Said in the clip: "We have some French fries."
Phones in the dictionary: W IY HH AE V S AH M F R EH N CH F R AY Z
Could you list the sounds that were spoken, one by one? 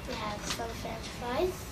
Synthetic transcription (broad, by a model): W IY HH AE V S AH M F EH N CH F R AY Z